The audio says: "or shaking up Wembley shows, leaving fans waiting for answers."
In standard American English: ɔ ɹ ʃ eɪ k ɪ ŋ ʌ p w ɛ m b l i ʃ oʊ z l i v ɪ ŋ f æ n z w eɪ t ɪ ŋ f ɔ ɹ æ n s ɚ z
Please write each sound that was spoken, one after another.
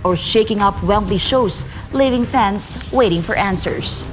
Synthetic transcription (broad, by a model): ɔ ɹ ʃ eɪ k ɪ ŋ ʌ p w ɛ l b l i ʃ oʊ s l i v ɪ ŋ f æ n s w eɪ t ɪ ŋ f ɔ ɹ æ n s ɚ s